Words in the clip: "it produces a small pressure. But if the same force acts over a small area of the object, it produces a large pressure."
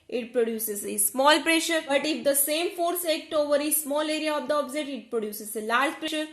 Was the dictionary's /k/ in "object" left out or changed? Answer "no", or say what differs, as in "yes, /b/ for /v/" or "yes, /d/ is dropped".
yes, /k/ is dropped